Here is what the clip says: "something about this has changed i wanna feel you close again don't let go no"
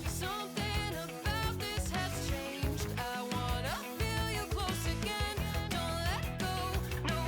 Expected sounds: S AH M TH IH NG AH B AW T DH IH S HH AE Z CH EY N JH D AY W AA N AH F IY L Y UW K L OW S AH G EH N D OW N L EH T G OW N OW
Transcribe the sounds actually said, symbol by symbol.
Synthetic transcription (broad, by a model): S AH M TH IH NG AH B AW T DH IH S HH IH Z CH EY N JH D AY W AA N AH F IY L Y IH K L OW S AH G EH N D OW N L EH T G OW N OW